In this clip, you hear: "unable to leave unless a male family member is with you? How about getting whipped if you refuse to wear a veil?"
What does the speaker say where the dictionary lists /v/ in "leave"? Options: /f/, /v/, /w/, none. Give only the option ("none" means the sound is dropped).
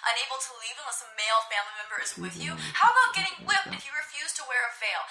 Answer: /v/